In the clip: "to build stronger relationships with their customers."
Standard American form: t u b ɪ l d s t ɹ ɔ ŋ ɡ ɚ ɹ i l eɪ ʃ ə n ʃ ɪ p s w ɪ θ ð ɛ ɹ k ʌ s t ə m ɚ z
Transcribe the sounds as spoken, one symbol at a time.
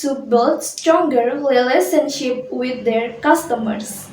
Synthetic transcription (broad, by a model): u b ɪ l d s t ɹ ɔ ŋ ɡ ɚ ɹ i l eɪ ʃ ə n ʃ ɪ p w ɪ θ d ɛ ɹ k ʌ s t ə m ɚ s